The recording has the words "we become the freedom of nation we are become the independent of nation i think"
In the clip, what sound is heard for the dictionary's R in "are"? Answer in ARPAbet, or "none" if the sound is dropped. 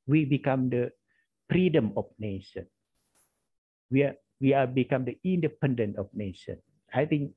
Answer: W